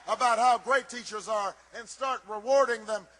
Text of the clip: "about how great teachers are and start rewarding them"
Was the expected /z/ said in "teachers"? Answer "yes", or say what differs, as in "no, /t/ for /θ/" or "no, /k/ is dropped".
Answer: yes